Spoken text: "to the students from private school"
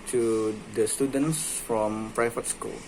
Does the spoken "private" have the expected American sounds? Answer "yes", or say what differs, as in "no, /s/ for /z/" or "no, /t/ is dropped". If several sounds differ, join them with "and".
no, /f/ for /v/